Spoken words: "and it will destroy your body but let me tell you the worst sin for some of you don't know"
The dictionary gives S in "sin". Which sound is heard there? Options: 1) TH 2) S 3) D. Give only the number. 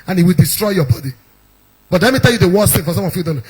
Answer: 1